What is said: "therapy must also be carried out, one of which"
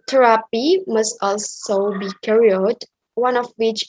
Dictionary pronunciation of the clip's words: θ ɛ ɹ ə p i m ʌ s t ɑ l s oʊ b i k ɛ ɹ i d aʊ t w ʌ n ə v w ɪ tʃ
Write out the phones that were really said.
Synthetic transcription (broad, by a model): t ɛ ɹ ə p i m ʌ s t ɑ l s oʊ b i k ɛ ɹ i ʌ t w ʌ n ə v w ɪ tʃ